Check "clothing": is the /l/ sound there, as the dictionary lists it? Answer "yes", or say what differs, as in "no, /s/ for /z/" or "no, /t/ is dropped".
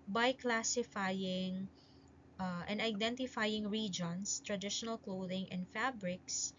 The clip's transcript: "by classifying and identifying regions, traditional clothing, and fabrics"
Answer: yes